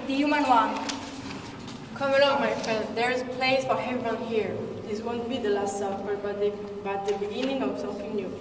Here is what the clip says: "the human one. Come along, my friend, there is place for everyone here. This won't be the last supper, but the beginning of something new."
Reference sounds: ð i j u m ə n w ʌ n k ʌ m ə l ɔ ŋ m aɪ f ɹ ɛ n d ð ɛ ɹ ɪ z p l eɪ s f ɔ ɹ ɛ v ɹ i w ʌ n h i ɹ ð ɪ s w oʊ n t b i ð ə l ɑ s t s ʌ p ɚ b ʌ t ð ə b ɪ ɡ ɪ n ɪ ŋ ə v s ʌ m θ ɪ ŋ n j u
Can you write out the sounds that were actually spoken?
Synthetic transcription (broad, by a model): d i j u m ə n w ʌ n k ʌ m ə l ɔ ŋ m aɪ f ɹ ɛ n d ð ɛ ɹ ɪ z p l eɪ s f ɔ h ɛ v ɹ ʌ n h i ɹ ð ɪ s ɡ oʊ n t b i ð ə l ɑ s t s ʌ b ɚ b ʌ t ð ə b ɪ ɡ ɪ n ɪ ŋ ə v s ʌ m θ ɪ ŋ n j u